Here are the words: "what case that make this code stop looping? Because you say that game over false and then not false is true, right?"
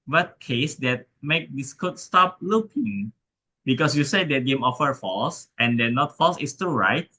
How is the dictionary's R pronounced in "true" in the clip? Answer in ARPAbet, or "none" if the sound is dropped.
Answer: none